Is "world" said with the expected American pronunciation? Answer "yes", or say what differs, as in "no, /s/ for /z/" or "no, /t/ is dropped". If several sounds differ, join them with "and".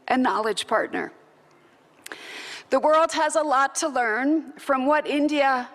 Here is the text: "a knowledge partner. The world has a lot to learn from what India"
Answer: yes